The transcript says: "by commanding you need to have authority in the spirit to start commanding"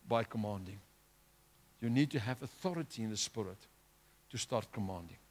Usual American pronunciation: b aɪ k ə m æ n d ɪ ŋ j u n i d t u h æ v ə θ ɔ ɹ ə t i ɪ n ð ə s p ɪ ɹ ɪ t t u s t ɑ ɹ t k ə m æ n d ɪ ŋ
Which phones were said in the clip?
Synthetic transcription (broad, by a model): b aɪ k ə m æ n d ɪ ŋ j u n i d t u h æ v ə θ ɔ ɹ ə t i ɪ n ð ə s p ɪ ɹ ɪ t t u s t ɑ ɹ t k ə m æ n d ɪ ŋ